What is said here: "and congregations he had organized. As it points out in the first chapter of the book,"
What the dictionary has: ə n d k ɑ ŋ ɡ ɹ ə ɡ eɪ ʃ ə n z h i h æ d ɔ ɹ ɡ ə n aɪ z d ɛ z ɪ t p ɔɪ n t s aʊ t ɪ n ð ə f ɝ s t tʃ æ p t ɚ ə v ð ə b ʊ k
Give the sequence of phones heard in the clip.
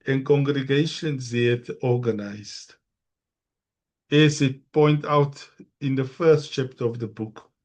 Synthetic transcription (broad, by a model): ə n k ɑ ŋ ɡ ɹ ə ɡ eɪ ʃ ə n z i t ɔ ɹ ɡ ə n aɪ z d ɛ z ɪ t p ɔɪ n t aʊ t ɪ n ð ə f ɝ s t tʃ æ p t ɚ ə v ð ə b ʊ k